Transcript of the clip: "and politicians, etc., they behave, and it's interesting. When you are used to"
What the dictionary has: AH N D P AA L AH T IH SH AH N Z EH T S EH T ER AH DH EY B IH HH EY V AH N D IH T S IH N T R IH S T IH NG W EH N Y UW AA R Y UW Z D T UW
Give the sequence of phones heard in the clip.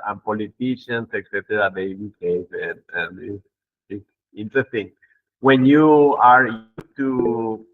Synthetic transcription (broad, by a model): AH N P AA L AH T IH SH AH N S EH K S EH T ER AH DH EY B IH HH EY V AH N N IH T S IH N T R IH S T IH NG W EH N Y UW AA R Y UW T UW